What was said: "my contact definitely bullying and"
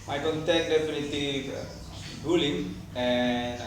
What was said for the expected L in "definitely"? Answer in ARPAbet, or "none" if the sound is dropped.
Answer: none